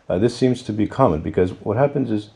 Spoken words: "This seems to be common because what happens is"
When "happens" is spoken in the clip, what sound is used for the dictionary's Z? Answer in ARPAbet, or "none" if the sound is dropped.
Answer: Z